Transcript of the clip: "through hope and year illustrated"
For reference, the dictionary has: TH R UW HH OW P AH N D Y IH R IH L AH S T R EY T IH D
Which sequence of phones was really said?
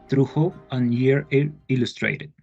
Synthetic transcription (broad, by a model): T R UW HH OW AH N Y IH R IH L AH S T R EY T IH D